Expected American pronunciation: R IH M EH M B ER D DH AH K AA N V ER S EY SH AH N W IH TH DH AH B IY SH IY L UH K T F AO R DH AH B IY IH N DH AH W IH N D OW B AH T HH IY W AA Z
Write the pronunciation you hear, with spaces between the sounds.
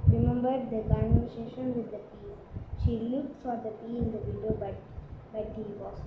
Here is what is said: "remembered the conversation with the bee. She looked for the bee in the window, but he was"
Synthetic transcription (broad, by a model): R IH M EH M B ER D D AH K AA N ER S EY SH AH N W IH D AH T IY SH IY L UH K T F AO R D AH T IY IH N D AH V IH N D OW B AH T HH IY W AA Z